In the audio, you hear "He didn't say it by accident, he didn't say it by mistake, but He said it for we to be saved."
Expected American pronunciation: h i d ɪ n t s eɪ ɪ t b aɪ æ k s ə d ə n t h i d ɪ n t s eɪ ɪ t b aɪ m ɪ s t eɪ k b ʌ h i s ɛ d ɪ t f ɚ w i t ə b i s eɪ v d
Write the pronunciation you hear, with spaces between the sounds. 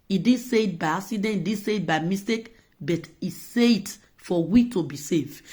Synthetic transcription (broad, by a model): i d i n s eɪ ɪ t b aɪ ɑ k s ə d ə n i d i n s eɪ ɪ t b aɪ m ɪ s t eɪ k b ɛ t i s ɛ ɪ t f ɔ w i t ə b i s eɪ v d